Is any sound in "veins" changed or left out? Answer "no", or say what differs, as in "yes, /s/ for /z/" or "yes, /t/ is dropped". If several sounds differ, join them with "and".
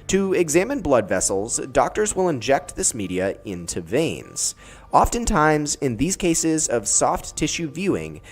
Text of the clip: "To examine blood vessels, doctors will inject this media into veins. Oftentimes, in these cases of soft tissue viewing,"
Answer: no